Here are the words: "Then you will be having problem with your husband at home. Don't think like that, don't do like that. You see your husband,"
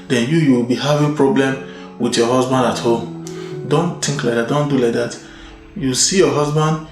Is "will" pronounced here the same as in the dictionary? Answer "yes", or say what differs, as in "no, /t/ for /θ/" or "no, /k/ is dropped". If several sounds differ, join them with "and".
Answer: no, /w/ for /l/